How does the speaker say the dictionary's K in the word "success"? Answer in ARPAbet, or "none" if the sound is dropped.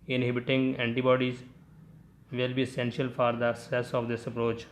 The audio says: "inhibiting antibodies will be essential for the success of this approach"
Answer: none